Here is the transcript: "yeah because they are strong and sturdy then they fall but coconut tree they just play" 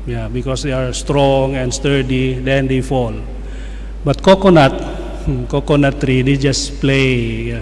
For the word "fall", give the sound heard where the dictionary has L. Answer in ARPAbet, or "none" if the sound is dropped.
L